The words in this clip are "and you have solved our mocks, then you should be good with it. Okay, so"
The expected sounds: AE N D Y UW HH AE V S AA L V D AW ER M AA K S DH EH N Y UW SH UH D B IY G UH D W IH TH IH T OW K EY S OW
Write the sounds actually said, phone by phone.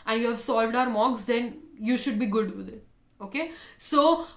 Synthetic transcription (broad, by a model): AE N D Y UW HH AE V S AA L V D AW ER M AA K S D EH N Y UW SH UH D B IY G UH D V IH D IH T OW K EY S OW